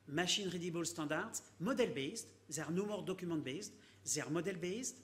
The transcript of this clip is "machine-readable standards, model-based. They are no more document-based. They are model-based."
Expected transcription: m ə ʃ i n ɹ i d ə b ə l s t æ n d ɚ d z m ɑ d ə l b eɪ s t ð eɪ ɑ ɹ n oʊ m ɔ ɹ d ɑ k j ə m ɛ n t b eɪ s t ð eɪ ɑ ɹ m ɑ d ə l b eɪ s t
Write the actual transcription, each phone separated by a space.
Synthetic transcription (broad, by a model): m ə ʃ i n ɹ i d ə b ə l s t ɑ d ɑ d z m ɑ d ə l b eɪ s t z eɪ ɹ n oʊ m ɔ ɹ d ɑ k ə m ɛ t b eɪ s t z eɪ ɹ m ɑ d ə l b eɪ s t